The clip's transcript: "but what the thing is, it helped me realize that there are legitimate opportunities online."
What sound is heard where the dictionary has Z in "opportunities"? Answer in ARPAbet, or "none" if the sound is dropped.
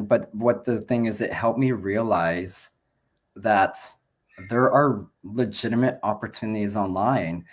Z